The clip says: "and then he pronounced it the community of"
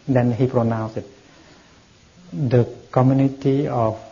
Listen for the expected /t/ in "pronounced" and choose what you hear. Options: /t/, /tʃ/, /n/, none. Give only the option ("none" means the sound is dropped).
none